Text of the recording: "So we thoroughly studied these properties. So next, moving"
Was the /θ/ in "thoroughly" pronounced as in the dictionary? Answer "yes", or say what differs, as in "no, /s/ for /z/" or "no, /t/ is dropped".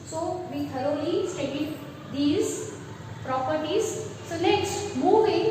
no, /t/ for /θ/